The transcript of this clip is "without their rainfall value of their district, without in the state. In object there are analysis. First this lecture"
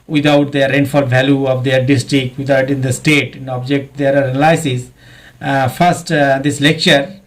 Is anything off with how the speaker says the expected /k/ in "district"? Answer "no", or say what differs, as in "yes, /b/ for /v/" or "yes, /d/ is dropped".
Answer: no